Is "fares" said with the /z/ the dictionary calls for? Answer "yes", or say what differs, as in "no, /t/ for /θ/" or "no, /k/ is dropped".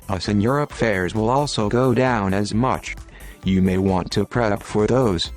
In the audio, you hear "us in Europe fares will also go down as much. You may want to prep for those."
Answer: yes